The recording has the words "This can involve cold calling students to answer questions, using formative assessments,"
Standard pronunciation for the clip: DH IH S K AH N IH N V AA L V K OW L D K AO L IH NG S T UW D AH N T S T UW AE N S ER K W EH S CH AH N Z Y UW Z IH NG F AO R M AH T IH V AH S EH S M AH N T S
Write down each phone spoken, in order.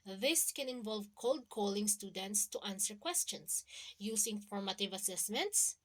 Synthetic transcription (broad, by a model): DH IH S K AH N IH N V AA L V K OW L D K AO L IH NG S T UW D AH N T S T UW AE N S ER K W EH S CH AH N S Y UW S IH NG F AO R M AH T IH V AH S EH S M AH N T S